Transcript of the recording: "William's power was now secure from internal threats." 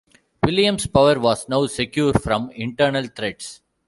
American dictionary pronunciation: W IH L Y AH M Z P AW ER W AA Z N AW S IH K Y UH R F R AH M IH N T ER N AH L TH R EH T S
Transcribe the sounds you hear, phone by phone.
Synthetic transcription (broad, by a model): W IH L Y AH M S P AW ER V AA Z N AW S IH K Y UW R F R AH M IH N T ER N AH L T R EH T S